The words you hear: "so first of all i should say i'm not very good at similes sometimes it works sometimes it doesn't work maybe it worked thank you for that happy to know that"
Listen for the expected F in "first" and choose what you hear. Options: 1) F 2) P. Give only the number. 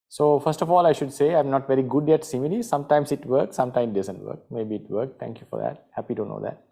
1